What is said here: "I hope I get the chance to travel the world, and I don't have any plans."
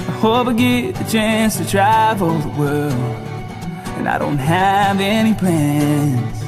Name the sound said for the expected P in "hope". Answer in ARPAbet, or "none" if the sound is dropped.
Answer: B